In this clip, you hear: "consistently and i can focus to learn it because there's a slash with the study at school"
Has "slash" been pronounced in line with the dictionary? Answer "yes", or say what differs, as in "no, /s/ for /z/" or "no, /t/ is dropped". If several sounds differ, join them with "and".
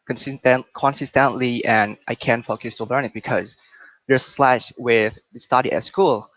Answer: yes